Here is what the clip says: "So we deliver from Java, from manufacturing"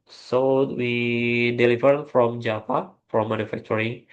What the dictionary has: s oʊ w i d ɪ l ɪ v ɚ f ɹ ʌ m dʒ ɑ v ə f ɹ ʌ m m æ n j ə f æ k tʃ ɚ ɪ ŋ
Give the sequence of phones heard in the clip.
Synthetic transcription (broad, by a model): s oʊ w i d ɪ l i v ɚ f ɹ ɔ m dʒ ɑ p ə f ɹ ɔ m m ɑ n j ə f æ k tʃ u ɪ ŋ